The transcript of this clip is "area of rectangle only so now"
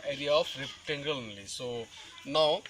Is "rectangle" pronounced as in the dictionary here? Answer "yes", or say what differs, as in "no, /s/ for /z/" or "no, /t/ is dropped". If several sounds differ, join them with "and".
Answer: no, /k/ is dropped